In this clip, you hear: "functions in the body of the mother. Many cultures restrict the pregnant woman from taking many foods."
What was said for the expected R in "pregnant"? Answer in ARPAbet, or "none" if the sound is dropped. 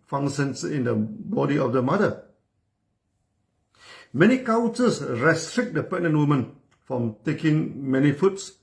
none